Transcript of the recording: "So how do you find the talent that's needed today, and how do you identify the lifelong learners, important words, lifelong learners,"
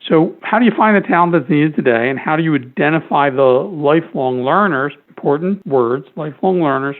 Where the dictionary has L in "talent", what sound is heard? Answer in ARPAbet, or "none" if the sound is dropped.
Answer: none